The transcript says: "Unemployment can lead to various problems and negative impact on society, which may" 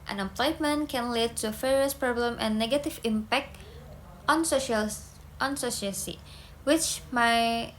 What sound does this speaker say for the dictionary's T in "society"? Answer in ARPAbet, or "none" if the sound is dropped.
S